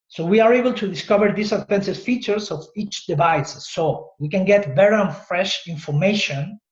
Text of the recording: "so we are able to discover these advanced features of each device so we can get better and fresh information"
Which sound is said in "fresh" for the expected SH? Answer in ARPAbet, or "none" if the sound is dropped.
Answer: SH